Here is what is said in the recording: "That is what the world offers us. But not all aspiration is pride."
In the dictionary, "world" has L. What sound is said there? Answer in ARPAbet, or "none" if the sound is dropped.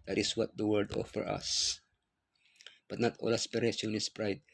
none